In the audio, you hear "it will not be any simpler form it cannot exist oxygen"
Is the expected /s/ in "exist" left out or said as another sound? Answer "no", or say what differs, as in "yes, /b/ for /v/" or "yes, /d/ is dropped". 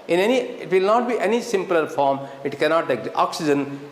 yes, /s/ is dropped